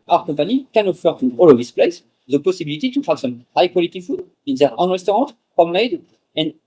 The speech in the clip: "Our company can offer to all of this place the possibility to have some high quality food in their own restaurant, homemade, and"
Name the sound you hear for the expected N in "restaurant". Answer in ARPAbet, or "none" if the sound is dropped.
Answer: none